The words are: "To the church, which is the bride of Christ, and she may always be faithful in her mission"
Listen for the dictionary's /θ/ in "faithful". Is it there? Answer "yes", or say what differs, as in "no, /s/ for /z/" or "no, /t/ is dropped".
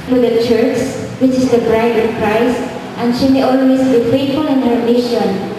no, /t/ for /θ/